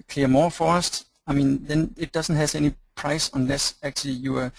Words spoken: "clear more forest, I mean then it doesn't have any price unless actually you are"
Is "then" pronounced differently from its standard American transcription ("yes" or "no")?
no